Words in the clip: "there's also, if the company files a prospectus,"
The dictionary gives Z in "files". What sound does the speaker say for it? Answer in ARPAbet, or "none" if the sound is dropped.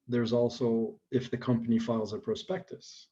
Z